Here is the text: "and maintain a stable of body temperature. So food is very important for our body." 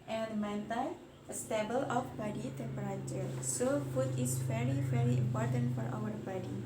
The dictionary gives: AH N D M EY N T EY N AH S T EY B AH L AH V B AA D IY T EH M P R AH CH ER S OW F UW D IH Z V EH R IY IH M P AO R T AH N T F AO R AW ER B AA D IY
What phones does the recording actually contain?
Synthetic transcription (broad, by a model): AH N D M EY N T AH S T EY B AH L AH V B AA D IY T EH P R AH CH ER S OW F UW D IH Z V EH R IY IH M P AO R T AH N T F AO R AW ER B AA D IY